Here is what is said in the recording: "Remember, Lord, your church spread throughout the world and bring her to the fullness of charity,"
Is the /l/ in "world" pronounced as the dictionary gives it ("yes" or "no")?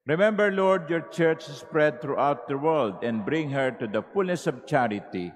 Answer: yes